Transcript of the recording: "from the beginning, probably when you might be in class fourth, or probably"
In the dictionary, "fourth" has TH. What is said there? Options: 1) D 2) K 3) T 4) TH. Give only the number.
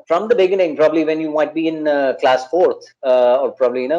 3